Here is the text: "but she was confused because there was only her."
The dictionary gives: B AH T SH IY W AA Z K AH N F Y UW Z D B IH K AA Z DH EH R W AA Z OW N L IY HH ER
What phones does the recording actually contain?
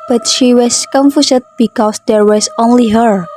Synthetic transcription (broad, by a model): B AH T SH IY W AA S K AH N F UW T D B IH K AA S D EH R W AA S OW N L IY HH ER